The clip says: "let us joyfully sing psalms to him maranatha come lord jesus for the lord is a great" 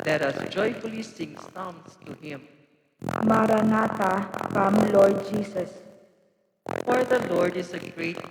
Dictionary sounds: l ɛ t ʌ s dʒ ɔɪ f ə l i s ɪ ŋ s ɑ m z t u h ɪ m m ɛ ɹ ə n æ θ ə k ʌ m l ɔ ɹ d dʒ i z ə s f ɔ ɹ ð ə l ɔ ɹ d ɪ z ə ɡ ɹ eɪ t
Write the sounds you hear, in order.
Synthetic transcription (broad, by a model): l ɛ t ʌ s dʒ ɔɪ f ə l i s ɪ ŋ s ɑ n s t u h ɪ m m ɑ ɹ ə n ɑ t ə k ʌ m l ɔ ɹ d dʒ i s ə s f ɔ ɹ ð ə l ɔ ɹ d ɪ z ə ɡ ɹ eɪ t